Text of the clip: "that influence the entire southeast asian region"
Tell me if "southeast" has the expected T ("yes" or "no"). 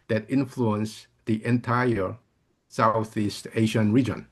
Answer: yes